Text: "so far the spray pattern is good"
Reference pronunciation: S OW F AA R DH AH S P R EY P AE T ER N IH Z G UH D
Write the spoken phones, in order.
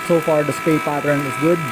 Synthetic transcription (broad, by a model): S OW F AA R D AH S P EY P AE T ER N IH Z G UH D